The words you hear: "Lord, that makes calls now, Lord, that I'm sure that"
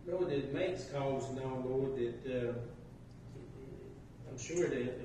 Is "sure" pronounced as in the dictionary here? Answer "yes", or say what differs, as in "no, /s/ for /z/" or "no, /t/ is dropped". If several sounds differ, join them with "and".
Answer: yes